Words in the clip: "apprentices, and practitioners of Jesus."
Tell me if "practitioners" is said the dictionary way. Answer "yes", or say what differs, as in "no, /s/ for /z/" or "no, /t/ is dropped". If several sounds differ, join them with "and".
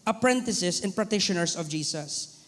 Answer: no, /ɹ/ is dropped and /s/ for /z/